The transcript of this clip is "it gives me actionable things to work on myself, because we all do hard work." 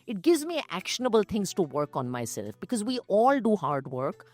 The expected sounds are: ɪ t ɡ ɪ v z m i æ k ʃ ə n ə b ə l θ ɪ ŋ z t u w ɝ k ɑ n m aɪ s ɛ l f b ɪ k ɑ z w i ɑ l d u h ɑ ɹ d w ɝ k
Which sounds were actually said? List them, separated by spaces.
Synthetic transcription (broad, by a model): ɪ t ɡ ɪ v z m i æ k ʃ ə n ə b ə l t ɪ ŋ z t u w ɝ k ɑ n m aɪ s ɛ l f b ɪ k ɑ z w i ɑ l d u h ɑ ɹ d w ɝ k